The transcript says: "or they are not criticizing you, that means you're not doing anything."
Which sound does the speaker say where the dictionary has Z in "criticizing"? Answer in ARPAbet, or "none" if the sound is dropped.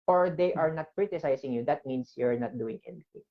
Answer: S